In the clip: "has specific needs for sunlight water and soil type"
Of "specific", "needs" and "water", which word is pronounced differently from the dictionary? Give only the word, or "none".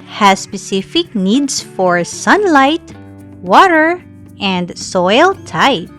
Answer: needs